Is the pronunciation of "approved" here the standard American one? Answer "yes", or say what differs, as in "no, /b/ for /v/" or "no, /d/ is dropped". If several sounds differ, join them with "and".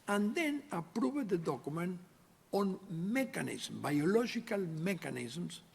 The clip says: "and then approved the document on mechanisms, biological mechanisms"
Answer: no, /b/ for /v/